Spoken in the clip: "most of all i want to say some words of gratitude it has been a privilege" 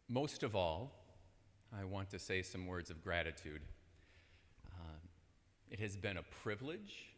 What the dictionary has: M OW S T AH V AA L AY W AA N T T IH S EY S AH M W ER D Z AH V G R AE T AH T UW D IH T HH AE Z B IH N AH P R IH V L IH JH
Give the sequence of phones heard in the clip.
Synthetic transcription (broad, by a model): M OW S T AH V AA L AY W AA N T T IH S EY S AH M W ER D Z AH V G R AE T AH T UW D IH T HH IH Z B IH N AH P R IH V L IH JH